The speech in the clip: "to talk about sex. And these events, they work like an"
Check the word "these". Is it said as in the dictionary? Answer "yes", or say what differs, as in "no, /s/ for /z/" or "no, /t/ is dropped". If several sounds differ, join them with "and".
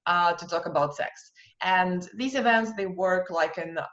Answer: yes